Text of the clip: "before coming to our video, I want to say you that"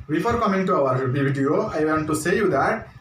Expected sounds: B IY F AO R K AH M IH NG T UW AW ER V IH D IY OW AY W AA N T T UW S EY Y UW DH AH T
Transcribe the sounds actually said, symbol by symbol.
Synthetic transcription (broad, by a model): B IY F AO R K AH M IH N T UW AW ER B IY D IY OW AY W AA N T T UW S EY Y UW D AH T